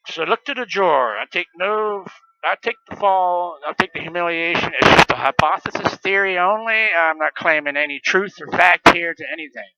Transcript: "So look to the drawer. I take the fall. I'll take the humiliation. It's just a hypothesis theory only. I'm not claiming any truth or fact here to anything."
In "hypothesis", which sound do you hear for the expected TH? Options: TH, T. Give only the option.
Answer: TH